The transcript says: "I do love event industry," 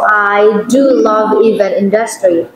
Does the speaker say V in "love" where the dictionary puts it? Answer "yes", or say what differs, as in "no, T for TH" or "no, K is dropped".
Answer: yes